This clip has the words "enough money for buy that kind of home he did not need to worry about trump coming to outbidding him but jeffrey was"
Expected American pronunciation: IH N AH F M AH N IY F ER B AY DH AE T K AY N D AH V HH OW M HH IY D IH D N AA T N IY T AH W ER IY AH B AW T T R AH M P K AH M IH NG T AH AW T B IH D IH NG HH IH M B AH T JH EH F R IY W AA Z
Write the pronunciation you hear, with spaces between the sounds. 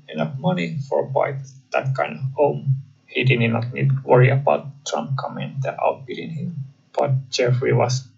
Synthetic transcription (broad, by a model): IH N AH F M AH N IY F ER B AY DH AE T K AY N D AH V HH OW M HH IY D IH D N AA T N IY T W ER IY AH B AW T T R AH M P K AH M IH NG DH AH AW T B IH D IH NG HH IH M B AH T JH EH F R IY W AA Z